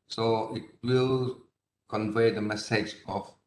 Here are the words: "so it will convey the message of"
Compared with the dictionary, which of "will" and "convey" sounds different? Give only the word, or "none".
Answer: none